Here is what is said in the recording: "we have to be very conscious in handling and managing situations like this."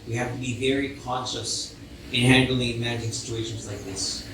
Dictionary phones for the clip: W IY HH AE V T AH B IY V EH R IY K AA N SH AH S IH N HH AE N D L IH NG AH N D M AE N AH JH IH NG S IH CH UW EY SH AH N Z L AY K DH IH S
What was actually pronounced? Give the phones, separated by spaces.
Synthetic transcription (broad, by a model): W IY HH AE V T AH B IY V EH R IY K AA N SH AH S IH N HH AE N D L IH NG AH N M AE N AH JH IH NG S IH CH UW EY SH AH N Z L AY K DH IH S